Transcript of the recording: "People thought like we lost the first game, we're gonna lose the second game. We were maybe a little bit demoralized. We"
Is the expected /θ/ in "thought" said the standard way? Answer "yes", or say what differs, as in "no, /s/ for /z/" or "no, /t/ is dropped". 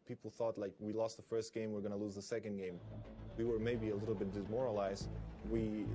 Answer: yes